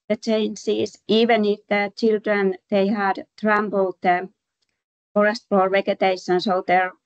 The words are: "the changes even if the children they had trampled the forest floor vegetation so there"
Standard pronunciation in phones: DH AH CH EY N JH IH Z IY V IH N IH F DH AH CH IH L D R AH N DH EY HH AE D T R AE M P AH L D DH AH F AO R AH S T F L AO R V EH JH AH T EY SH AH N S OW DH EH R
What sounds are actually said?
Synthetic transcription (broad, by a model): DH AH CH EY N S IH S IY V IH N IH F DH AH CH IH L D R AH N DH EY HH AE D T R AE M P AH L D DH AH F AO R AH S T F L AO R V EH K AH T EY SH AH N S OW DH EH R